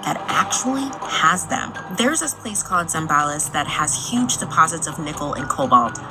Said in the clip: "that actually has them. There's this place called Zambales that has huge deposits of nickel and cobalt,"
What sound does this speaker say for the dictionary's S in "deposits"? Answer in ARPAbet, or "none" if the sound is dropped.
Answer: S